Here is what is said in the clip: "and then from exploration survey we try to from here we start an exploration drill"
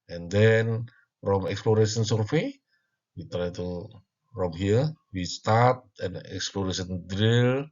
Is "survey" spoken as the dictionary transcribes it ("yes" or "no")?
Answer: no